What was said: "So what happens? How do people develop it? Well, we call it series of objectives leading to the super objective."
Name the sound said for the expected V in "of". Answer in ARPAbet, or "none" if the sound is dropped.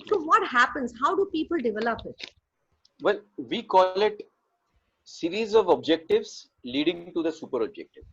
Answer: V